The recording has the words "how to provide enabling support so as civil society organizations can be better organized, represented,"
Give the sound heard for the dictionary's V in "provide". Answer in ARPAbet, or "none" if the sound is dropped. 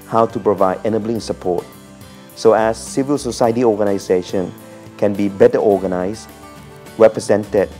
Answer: V